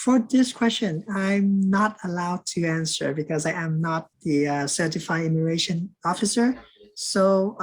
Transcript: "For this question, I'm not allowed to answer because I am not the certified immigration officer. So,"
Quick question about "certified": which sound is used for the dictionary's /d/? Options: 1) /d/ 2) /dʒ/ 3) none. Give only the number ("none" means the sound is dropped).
3